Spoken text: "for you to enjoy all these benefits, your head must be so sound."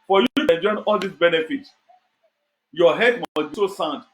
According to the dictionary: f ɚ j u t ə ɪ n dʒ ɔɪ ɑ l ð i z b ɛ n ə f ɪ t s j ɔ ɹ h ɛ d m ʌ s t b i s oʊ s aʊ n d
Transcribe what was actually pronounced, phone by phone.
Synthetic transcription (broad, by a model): f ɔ j u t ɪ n dʒ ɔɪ ɑ l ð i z b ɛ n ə f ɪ t j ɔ h ɛ d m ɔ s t b i s oʊ s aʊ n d